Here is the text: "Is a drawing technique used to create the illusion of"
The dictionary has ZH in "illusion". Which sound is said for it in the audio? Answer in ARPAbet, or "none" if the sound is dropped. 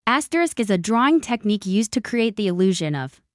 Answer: ZH